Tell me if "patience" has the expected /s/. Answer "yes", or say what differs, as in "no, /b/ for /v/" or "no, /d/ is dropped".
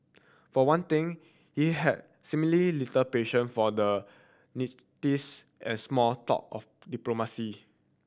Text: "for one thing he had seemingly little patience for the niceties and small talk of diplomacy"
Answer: no, /s/ is dropped